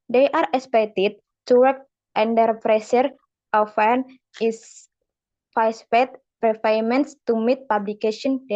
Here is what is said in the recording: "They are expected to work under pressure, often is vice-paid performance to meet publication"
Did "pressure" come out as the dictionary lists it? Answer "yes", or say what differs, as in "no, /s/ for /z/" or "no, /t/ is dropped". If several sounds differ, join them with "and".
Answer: no, /s/ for /ʃ/